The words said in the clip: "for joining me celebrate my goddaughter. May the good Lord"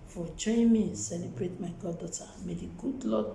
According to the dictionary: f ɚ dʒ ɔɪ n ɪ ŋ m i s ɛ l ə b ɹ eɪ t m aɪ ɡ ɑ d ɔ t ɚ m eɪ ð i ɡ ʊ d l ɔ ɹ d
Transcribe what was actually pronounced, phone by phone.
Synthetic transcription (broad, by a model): f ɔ tʃ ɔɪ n m i s ɛ l ə b ɹ eɪ t m aɪ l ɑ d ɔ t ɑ m eɪ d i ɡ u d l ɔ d